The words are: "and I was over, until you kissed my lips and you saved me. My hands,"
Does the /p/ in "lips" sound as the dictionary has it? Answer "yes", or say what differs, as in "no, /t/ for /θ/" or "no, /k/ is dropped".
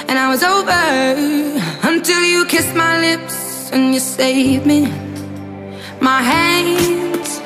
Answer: yes